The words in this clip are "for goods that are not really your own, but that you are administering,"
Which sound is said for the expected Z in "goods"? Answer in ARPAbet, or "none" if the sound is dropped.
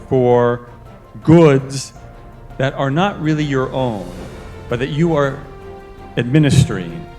Z